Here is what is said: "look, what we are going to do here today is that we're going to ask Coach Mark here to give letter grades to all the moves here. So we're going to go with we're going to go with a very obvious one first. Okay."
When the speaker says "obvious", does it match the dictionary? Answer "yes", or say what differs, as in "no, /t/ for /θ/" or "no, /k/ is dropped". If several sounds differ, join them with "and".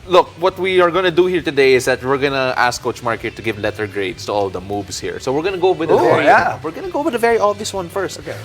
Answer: no, /b/ is dropped